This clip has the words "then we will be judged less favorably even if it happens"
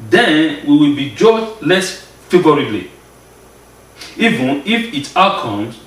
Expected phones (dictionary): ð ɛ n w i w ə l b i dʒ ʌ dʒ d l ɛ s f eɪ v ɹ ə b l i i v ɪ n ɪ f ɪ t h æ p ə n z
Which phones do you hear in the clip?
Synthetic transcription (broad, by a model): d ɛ n w i w ə l b i dʒ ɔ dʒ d l ɛ s f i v ɹ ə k l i i v ɪ n ɪ f ɪ t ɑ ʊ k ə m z